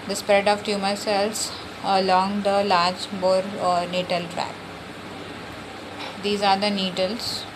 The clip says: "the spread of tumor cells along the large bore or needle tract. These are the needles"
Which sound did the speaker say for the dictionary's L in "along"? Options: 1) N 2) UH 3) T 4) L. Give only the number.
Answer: 4